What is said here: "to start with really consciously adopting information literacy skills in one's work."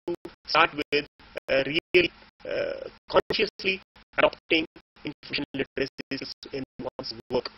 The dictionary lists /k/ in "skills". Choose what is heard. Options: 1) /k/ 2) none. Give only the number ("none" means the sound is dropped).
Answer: 2